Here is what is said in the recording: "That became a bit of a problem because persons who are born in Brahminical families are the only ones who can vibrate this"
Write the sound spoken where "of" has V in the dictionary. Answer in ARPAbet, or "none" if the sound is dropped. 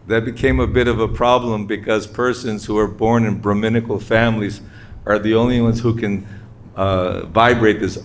V